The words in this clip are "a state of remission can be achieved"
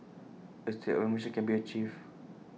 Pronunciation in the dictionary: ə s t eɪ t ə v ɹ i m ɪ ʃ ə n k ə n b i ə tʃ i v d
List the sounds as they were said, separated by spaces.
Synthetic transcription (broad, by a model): ə s t eɪ t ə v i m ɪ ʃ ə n k ə n b i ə tʃ i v